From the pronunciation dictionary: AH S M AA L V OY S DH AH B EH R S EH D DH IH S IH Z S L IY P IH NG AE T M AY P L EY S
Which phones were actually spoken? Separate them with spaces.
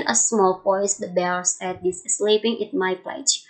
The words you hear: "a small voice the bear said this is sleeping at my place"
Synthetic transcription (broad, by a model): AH S M AA L P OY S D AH B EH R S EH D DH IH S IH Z S L IY P IH NG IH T M AY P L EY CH